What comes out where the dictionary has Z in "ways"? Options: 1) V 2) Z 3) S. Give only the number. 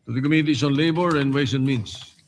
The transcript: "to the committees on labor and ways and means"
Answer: 3